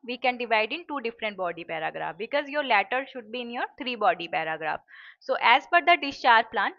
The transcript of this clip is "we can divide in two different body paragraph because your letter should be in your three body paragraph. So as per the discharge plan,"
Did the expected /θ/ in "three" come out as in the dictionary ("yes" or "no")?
no